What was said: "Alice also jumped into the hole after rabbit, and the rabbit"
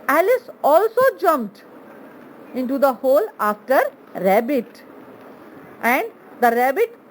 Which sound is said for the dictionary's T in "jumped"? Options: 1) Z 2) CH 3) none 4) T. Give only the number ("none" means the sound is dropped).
4